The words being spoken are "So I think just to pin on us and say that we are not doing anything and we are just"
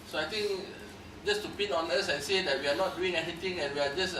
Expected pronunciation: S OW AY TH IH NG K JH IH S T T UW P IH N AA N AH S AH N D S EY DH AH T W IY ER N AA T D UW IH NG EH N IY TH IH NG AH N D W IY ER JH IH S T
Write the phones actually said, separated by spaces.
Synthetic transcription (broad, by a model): S OW AY T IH NG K JH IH S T T UW P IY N AA N AH S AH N S EY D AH T W IY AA N AA T D UW IH NG EH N IY T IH NG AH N W IY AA JH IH S